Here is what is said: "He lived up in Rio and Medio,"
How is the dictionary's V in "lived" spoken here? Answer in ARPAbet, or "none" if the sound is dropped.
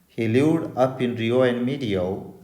none